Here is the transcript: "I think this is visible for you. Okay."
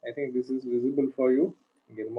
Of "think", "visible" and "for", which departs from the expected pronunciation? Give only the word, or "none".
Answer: think